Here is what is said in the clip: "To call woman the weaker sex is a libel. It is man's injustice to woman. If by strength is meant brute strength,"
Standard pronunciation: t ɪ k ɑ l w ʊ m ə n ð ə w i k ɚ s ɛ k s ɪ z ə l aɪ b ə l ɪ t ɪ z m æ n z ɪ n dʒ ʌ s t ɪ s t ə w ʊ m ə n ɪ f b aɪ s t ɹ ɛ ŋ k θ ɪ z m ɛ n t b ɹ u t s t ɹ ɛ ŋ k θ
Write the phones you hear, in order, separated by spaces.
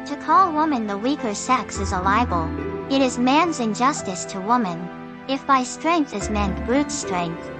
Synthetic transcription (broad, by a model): t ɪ k ɑ l w ʊ m ə n ð ə w i k ɚ s ɛ k s ɪ z ə l aɪ b ə l ɪ t ɪ z m æ n z ɪ n dʒ ʌ s t ɪ s t ə w ʊ m ə n ɪ f b aɪ s t ɹ ɛ ŋ k θ ɪ z m ɛ n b ɹ u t s t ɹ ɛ ŋ k θ